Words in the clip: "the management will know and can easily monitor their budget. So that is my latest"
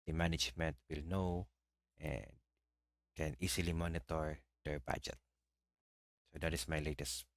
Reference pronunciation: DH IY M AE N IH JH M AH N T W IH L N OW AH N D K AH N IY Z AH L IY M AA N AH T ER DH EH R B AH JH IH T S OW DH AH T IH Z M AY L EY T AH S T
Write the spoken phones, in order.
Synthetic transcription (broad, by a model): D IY M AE N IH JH M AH N T W IH L N OW AH N D K AH N IY S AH L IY M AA N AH T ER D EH R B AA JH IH T S OW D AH T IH S M AY L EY T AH S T